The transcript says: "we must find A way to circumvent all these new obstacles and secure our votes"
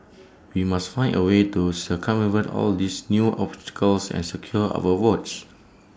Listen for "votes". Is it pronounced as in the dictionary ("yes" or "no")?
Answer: no